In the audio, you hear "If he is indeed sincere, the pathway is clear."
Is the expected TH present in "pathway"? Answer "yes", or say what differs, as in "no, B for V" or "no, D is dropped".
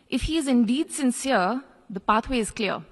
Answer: no, T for TH